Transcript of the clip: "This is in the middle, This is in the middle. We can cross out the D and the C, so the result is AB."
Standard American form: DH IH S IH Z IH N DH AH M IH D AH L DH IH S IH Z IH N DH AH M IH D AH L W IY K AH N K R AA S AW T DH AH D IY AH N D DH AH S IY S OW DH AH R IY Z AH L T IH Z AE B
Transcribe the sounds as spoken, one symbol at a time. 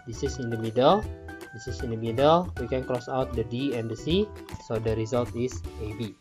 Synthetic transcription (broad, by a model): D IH S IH S IH N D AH M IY D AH L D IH S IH S IH N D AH M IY D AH L W IY K AH N K R AA S AW T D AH D IY AH N D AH S IY S OW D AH R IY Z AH L T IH S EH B